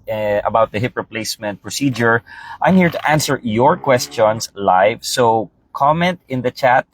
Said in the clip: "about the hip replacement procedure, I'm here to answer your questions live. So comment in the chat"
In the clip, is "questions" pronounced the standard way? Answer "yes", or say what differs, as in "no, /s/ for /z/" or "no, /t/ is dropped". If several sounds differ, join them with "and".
no, /s/ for /z/